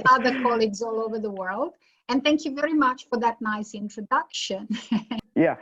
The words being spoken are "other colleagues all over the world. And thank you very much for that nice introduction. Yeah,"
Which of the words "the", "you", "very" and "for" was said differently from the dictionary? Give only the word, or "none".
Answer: none